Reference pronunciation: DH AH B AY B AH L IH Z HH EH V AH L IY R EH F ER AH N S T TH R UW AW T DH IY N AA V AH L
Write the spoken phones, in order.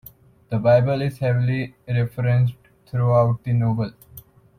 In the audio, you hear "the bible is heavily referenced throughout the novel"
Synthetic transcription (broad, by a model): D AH B AY B AH L IH Z HH EH V AH L IY R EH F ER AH N S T T R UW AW T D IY N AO B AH L